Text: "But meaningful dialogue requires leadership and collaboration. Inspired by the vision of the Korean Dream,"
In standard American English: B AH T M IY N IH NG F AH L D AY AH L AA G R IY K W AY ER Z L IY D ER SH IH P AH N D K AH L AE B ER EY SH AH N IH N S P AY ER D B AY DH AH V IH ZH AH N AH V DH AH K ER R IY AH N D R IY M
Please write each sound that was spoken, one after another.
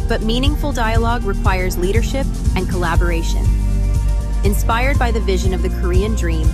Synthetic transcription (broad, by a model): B AH T M IY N IH NG F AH L D AY AH L AA G R IY K W AY ER Z L IY D ER SH IH P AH N K AH L AE B ER EY SH AH N IH N S P AY ER D B AY DH AH V IH ZH AH N AH V DH AH K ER R IY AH N D R IY M